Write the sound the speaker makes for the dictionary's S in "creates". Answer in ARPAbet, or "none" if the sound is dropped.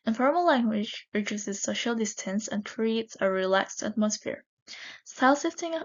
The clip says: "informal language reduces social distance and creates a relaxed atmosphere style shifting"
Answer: S